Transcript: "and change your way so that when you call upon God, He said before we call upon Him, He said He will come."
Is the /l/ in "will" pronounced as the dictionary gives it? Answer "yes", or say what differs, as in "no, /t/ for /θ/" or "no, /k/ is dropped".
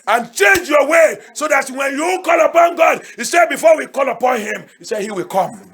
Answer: yes